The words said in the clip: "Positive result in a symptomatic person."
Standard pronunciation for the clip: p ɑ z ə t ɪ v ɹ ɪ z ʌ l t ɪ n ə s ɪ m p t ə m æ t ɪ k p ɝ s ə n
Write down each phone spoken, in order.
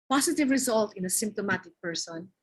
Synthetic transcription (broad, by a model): p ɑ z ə t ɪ v ɹ ɪ z ʌ l t ɪ n ə s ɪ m p t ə m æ t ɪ k p ɝ s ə n